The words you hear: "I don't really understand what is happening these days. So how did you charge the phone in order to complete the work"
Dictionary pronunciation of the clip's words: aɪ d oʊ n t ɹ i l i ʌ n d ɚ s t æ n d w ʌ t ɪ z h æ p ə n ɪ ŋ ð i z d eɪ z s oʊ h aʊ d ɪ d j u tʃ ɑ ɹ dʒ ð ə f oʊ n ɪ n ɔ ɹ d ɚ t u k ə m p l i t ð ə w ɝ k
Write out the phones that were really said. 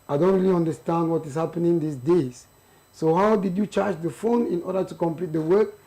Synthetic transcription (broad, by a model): aɪ d oʊ n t ɹ i l i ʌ n d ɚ s t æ n d w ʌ t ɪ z h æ p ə n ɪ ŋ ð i s d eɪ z s oʊ h aʊ d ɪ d j u tʃ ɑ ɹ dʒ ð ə f oʊ n ɪ n ɔ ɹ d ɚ t u k ə m p l i t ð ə w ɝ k